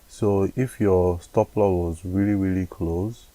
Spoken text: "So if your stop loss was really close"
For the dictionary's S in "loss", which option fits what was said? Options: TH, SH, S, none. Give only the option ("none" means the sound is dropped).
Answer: none